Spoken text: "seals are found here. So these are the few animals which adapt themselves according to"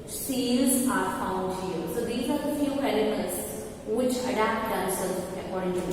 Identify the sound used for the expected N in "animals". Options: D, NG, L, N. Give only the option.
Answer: L